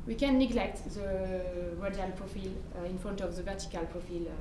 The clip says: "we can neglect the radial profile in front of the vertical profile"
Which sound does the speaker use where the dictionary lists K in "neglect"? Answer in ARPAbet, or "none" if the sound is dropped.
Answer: K